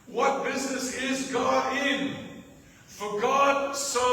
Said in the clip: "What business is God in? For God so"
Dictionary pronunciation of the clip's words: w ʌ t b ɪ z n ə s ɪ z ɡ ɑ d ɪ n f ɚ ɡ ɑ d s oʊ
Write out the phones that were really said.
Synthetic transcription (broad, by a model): w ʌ t b ɪ z n ə s ɪ z ɡ ɑ d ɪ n f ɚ ɡ ɑ d s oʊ